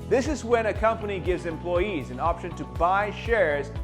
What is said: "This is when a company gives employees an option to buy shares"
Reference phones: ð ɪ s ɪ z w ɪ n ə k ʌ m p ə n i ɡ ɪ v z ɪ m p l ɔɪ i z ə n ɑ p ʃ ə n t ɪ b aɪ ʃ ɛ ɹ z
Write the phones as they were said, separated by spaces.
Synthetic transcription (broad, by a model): ð ɪ s ɪ z w ɪ n ə k ʌ m p ə n i ɡ ɪ v z ɪ m p l ɔɪ i z ə n ɑ p ʃ ə n t ɪ b aɪ ʃ ɛ ɹ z